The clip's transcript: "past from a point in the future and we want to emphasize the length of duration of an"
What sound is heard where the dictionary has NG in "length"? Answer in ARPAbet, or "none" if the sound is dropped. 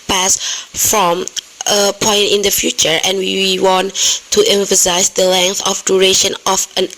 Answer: NG